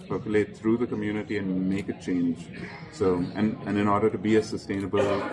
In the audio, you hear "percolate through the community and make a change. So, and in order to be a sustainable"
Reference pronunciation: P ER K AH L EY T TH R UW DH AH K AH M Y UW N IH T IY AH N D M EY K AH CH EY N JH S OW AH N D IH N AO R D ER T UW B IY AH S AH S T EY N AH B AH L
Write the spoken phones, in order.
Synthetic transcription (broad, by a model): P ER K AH L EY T T R UW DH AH K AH M Y UW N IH T IY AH N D M EY K AH CH EY N JH S OW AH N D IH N AO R D ER T UW B IY AH S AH S T EY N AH B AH L